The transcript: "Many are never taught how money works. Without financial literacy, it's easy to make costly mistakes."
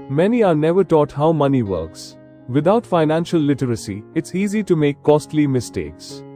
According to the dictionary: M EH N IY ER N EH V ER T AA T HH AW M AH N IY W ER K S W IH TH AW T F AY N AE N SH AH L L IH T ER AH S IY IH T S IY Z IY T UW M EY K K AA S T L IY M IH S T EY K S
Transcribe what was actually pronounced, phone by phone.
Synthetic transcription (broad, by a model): M EH N IY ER N EH V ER T AA T HH AW M AH N IY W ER K S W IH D AW T F AY N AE N SH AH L L IH T ER AH S IY IH T S IY Z IY T UW M EY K K AA S T L IY M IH S T EY K S